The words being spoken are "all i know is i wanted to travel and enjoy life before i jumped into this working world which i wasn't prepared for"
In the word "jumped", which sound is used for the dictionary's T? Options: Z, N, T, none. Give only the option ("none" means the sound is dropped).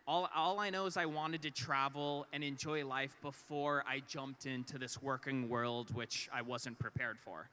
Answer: T